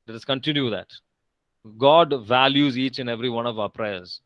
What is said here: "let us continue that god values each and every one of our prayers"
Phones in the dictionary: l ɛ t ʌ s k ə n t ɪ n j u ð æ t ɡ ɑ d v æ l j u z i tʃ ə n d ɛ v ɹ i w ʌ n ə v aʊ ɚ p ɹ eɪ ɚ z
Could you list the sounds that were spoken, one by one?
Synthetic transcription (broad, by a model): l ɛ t ʌ s k ə n t ɪ n j u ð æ t ɡ ɑ d v æ l j u z i tʃ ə n ɛ v ɹ i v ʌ n ə v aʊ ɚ p ɹ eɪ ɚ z